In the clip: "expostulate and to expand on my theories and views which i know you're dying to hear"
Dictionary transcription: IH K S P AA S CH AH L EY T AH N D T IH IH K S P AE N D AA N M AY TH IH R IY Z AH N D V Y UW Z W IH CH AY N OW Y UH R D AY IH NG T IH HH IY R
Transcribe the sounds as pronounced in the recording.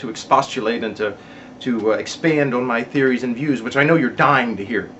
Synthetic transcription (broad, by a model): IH K S P AA S CH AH L EY T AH N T T IH IH K S P AE N D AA N M AY TH IH R IY Z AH N V Y UW Z W IH CH AY N OW Y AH R D AY IH NG T IH HH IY R